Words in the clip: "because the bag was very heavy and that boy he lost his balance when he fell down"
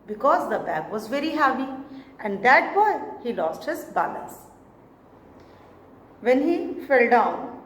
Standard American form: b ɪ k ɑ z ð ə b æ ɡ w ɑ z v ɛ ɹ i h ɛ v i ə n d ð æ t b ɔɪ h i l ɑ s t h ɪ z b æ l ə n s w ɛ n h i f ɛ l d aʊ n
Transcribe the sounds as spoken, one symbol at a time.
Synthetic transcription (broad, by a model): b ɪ k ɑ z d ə b æ ɡ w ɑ z v ɛ ɹ i h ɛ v i ə n d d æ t b ɔɪ h i l ɑ s t h ɪ z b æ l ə s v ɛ n h i f ɛ l d aʊ n